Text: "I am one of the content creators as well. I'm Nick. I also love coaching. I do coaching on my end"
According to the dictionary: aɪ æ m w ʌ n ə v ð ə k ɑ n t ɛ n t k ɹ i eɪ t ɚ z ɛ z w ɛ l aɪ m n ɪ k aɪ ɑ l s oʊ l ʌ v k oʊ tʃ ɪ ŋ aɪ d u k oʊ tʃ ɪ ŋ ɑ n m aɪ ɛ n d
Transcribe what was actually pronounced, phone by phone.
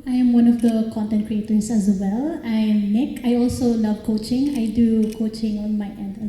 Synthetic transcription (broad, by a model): aɪ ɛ m w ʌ n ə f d ə k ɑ n t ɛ n k ɹ i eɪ t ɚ s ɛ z w ɛ l aɪ m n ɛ k aɪ ɑ l s oʊ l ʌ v k oʊ tʃ ɪ ŋ aɪ d u k oʊ tʃ ɪ ŋ ɑ n m aɪ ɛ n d